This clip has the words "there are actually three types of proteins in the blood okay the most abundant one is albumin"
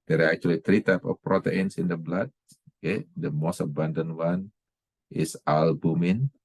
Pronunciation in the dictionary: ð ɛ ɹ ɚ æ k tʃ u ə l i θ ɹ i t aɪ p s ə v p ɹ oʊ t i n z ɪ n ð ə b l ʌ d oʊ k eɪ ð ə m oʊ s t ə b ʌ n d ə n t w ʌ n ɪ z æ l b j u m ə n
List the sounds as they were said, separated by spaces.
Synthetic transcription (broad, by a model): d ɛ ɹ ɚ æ k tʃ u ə l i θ ɹ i t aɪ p ə f p ɹ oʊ t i n s ɪ n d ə b l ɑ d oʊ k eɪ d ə m oʊ s t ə b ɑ n d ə n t w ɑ n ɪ s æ l b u m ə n